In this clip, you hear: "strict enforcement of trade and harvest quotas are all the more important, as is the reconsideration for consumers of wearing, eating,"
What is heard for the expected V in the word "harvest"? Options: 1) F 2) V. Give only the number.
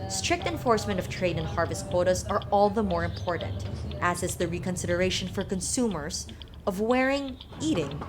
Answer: 2